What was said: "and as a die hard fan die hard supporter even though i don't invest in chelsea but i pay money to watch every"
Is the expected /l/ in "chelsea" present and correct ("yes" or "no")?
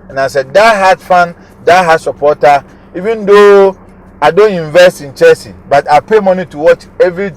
no